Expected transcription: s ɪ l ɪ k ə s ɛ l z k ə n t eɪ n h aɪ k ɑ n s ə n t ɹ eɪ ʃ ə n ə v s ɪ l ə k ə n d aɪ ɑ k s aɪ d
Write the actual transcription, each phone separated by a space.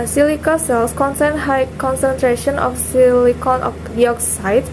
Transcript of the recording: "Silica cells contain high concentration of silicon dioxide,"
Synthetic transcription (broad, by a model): s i l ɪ k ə s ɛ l s k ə n s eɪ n h aɪ k ɑ n s ə n t ɹ eɪ ʃ ə n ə f s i l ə k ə n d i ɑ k s aɪ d